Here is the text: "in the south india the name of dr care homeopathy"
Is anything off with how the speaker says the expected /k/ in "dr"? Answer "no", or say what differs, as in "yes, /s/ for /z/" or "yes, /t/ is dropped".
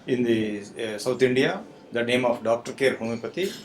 no